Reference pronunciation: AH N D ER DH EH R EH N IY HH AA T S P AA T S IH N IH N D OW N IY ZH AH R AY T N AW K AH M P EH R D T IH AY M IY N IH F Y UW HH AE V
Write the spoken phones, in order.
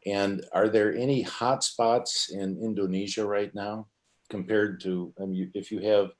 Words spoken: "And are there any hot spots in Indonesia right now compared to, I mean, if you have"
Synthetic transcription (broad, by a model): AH N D ER DH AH R EH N IY HH AA T S P AA T S IH N IH N D OW N IY ZH AH R AY T N AW K AH M P EH R D T IH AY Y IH IH F Y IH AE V